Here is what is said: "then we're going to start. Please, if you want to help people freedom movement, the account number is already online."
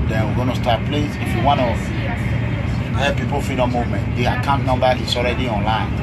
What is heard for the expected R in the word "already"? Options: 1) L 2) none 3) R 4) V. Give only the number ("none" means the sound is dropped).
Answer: 3